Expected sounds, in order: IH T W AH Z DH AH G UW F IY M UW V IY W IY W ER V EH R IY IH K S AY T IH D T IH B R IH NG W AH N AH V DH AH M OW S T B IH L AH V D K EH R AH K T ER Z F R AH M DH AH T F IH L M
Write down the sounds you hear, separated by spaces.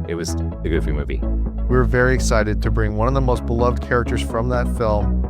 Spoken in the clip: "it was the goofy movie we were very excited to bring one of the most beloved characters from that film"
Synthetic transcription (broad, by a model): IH T W AH Z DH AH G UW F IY M UW V IY W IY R V EH R IY IH K S AY T IH D T IH B R IH NG W AH N AH V DH AH M OW S T B IH L AH V D K EH R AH K T ER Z F R AH M DH AH T F IH L M